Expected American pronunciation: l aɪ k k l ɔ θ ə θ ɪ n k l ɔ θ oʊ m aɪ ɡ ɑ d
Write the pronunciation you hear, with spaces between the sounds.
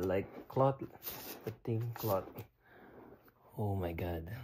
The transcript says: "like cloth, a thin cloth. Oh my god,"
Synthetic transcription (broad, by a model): l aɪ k k l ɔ t ə t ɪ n k l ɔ t oʊ m aɪ ɡ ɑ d